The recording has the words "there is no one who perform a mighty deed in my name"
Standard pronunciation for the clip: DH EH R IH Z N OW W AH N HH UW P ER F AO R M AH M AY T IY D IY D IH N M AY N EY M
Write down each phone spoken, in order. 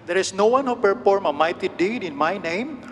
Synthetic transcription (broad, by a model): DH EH R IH S N OW W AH N HH UW P ER F AO R M AH M AY T IY D IY D IH N M AY N EY M